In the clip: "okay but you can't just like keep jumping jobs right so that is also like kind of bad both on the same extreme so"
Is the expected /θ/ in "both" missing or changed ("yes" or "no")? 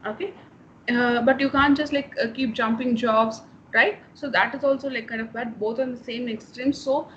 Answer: yes